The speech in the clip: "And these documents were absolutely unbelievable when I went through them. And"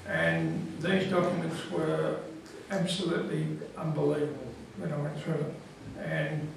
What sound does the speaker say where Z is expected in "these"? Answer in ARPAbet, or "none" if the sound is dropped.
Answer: Z